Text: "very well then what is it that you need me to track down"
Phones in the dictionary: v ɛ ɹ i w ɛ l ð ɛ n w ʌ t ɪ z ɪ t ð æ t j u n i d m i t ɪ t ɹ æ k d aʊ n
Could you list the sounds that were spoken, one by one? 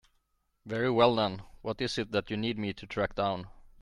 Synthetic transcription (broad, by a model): v ɛ ɹ i w ɛ l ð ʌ n w ʌ t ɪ s ɪ t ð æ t j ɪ n i d m i t ɪ t ɹ æ k d aʊ n